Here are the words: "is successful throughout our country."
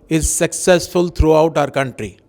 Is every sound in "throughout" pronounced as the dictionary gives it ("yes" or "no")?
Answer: no